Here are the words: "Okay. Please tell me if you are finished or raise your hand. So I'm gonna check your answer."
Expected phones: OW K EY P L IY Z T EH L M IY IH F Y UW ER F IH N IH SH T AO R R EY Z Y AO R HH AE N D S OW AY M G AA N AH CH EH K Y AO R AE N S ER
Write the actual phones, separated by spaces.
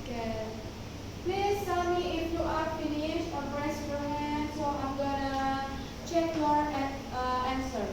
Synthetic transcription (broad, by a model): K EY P L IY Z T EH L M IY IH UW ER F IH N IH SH AO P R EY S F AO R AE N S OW AY M G AA N AH CH EH K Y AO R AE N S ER